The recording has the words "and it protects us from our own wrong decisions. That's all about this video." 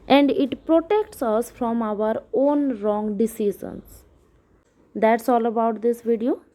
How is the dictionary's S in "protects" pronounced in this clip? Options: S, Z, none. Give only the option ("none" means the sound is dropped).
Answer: S